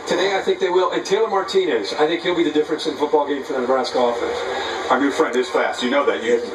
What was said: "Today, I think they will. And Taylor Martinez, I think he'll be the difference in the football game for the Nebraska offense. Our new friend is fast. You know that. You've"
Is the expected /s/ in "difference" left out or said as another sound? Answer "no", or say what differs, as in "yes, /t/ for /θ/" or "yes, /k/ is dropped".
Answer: no